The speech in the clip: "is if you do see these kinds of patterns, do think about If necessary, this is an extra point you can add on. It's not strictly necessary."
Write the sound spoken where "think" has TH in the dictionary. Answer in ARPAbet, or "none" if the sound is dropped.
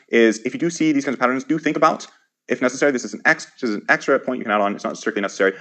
TH